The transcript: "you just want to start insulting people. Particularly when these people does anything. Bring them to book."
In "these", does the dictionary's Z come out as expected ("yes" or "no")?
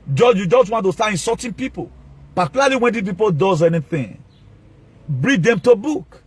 no